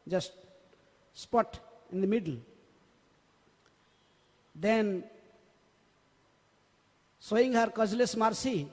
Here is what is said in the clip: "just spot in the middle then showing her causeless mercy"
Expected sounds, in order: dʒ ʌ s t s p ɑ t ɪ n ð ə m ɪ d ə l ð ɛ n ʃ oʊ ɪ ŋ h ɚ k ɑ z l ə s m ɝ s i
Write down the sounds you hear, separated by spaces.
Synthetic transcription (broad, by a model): dʒ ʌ s t s p ɑ t ɪ n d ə m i d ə l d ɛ n s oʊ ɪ ŋ h ɚ k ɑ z l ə s m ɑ s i